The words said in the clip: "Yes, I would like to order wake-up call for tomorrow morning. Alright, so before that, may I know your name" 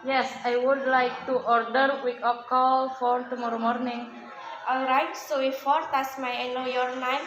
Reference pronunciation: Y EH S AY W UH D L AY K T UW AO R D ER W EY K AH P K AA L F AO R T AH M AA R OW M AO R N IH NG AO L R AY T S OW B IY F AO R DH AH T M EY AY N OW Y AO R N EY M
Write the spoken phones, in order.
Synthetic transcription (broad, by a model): Y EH S AY W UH D L AY K T UW AO R D ER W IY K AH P K AA L F AO R T AH M AA R OW M AO R N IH NG AO L R AY T S OW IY F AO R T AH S M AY N OW Y AO R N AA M